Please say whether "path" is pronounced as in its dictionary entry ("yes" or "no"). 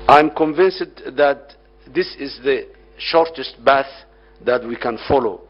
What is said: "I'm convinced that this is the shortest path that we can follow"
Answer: no